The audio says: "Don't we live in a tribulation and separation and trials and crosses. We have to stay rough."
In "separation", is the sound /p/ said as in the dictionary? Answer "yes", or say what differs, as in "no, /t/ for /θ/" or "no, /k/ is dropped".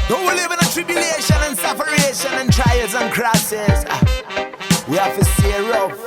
no, /f/ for /p/